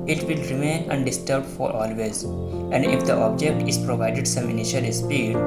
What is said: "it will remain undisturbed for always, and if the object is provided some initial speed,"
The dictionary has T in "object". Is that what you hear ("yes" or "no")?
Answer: yes